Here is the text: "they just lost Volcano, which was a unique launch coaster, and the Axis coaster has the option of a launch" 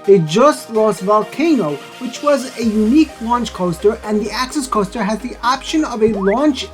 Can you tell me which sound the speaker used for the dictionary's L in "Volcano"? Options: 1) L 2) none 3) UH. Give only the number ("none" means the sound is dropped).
1